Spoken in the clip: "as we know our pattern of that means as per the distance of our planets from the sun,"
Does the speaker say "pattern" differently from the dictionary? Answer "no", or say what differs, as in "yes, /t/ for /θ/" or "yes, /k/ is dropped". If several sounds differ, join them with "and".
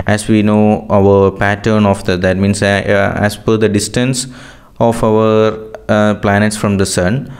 no